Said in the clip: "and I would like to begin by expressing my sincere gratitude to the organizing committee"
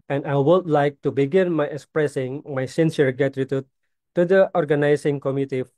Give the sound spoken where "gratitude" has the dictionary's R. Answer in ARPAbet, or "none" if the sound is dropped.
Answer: none